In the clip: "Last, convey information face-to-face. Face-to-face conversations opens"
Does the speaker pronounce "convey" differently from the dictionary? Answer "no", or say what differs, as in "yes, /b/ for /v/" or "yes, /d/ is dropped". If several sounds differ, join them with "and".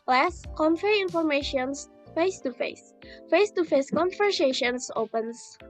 yes, /f/ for /v/